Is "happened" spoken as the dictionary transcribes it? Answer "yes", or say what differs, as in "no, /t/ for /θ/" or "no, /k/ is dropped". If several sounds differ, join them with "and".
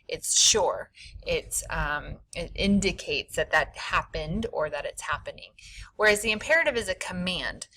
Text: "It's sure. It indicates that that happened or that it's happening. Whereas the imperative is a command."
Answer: yes